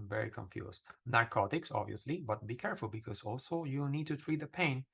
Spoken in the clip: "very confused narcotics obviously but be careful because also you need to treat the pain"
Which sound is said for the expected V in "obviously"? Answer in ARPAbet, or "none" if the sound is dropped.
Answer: V